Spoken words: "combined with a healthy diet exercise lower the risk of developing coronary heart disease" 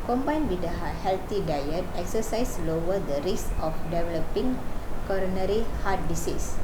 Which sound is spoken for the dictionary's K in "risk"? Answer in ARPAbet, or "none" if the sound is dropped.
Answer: none